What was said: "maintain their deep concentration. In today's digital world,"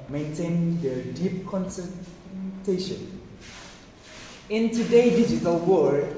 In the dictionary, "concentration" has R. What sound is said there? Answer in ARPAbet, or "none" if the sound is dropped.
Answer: none